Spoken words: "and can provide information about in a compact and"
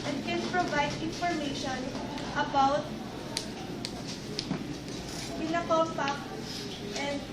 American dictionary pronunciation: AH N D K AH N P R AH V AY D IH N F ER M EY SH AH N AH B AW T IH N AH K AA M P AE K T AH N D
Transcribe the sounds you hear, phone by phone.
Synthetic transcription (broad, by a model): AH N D K AH N P R AH V AY D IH N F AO M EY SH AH N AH B AW T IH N AH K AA P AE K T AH N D